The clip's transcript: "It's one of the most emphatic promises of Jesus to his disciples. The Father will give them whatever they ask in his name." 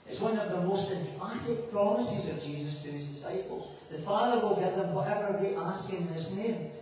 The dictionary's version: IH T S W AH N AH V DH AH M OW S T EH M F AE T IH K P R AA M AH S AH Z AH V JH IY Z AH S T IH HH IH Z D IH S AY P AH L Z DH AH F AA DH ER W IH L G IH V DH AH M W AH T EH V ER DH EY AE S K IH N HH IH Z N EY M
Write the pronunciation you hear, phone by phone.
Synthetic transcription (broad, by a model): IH T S W AH N AH V DH AH M OW S T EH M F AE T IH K P R AA M AH S AH Z AH V JH IY Z AH S T IH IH Z D IH S AY P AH L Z DH AH F AA DH ER W IH L G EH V DH AH M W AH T EH V ER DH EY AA S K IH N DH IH S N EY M